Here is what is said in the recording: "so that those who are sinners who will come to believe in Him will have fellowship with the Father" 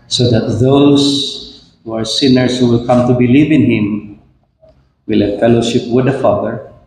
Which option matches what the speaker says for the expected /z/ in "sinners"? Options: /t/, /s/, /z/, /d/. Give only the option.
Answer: /s/